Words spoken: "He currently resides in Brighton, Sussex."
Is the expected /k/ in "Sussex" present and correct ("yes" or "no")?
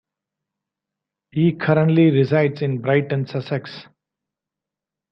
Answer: yes